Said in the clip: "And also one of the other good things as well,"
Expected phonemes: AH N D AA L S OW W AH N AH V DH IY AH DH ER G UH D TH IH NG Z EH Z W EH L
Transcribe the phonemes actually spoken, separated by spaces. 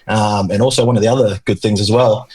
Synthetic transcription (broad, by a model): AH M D AA L S OW W AH N AH V DH IY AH DH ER G UH D TH IH NG Z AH Z W EH L